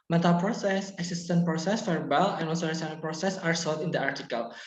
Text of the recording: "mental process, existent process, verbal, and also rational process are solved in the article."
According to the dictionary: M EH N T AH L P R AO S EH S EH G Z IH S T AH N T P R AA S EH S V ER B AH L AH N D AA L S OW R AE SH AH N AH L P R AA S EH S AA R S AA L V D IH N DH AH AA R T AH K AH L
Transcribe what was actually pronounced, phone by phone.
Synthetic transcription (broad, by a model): M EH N T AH L P R AO S EH S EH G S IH S T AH N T P R AA S EH S F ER B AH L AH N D AA L S OW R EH S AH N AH N P R AA S EH S AA R S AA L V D IH N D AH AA R T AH K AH L